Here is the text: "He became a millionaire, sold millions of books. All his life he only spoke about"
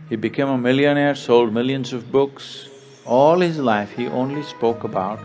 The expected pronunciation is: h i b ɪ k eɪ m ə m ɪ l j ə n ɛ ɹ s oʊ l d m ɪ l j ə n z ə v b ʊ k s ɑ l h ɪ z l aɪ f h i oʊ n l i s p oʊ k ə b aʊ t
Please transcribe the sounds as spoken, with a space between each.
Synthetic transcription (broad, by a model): h i b ɪ k eɪ m ə m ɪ l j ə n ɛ ɹ s oʊ l d m ɪ l j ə n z ə v b ʊ k s ɑ l h ɪ z l aɪ f h i oʊ n l i s p oʊ k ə b aʊ t